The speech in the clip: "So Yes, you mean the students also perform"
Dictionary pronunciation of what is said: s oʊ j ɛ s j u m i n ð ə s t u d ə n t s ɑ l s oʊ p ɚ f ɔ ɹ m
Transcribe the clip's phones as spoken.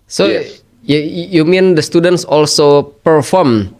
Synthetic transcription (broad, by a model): s oʊ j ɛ j u m i n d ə s t u d ə n t s ɑ l s oʊ p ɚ f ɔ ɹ m